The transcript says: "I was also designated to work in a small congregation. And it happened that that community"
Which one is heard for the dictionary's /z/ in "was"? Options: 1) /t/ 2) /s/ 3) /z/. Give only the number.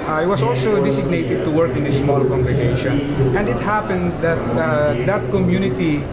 2